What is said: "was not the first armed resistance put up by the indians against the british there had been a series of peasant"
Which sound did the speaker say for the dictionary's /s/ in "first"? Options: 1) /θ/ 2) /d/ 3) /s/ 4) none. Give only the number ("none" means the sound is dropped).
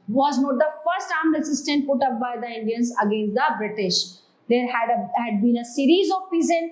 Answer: 3